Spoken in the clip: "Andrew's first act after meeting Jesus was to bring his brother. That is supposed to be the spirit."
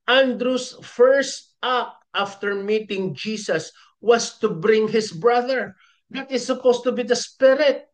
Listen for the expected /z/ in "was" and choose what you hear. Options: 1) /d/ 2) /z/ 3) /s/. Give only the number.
3